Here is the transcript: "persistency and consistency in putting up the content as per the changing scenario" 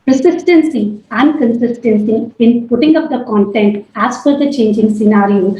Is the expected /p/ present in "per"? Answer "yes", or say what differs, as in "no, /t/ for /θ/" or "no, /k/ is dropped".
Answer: no, /f/ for /p/